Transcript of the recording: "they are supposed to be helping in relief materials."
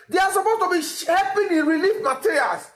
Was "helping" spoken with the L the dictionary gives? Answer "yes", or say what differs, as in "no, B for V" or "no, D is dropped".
no, L is dropped